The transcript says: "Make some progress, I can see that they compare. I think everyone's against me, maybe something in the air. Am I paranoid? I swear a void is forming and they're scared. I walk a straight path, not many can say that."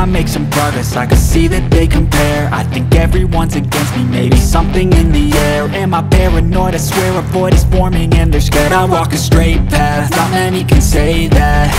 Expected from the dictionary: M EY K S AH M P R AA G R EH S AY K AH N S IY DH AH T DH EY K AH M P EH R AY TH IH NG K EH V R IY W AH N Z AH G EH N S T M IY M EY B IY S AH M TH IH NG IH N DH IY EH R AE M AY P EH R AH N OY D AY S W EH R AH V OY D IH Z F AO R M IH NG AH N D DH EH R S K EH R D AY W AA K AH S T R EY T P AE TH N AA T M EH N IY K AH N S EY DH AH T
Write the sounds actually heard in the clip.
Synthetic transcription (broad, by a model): M EY K S AH M P R AA G R EH S AY K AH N S IY DH AH T DH EY K AH M P EH R AY TH IH NG K EH V R IY W AH N Z AH G EH N S T M IY M EY B IY S AH M TH IH NG IH N DH IY EH R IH M AY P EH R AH N OY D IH S W EH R AH P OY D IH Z F AO R M IH NG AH N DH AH R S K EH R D AY W AA K AH S T R EY T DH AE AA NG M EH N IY K AH N S EY DH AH T